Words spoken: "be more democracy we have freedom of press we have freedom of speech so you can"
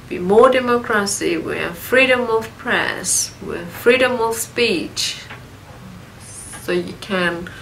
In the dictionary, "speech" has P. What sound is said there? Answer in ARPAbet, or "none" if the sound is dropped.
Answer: P